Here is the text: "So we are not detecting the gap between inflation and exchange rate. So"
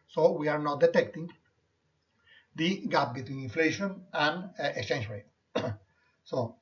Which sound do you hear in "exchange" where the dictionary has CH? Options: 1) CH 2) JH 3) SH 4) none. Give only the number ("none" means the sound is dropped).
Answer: 4